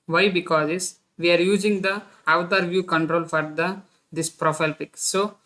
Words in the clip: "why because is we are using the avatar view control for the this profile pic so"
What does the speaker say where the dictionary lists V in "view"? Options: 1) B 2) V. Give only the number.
2